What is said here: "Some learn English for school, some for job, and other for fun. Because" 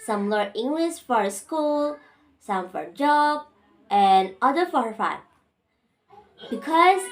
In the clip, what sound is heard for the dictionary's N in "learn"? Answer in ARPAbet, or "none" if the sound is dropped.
none